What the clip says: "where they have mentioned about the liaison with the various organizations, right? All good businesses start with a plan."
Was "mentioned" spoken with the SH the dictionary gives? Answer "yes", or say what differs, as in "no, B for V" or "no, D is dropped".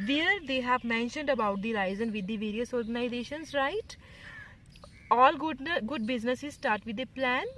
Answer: yes